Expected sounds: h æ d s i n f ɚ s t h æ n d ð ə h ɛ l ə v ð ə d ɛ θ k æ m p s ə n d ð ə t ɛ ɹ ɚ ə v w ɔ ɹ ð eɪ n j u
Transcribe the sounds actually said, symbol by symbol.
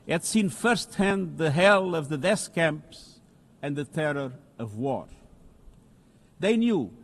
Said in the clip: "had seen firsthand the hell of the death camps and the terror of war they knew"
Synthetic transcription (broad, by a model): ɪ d s i n f ɚ s t h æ n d ð ə h ɛ l ə v ð ə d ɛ s k æ m p s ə n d ð ə t ɛ ɹ ɚ ə v w ɔ ɹ ð eɪ n j u